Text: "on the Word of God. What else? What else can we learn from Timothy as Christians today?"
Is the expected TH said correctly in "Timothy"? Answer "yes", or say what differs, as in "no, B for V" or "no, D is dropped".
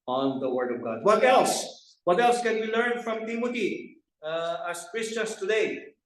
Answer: no, T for TH